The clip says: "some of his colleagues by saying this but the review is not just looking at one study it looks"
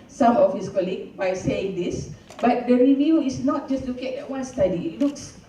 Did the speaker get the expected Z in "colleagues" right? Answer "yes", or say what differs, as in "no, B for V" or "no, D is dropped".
no, Z is dropped